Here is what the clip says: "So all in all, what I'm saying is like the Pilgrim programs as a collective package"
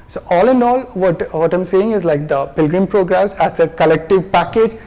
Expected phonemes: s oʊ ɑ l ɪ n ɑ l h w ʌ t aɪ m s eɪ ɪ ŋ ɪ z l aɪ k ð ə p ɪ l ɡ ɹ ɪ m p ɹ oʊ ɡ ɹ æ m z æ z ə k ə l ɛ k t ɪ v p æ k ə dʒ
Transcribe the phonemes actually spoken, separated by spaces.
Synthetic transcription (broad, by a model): s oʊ ɑ l ɪ n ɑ l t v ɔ t aɪ m s eɪ ɪ ŋ ɪ z l aɪ k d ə p ɪ l ɡ ɹ ɪ m p ɹ oʊ ɡ ɹ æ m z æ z ə k ə l ɛ k t ɪ v p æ k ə dʒ